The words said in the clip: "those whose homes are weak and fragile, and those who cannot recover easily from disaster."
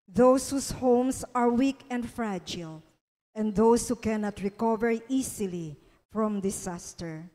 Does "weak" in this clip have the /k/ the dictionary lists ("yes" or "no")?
yes